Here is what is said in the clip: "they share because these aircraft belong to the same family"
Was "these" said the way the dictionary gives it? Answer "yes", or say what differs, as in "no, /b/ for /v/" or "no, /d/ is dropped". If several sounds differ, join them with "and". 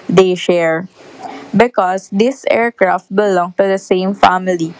no, /s/ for /z/